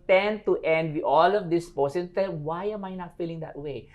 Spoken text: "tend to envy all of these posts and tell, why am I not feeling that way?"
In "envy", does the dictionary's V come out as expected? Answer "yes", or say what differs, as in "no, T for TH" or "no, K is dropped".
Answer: no, W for V